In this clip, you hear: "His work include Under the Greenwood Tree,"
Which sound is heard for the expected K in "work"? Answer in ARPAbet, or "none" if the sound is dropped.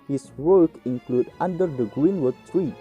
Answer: K